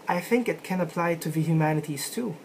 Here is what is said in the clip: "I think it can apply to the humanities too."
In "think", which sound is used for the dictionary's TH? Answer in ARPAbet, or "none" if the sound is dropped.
TH